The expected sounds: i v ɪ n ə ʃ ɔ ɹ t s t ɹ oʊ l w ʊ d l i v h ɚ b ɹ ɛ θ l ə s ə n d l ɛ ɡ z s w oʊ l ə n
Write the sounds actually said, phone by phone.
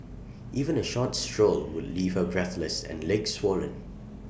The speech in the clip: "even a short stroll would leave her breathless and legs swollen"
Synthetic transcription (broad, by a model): i v ɪ n ə ʃ ɔ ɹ t s t ɹ oʊ l w ʊ d l i v h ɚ b ɹ ɛ θ l ə s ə n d l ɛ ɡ s w oʊ l ə n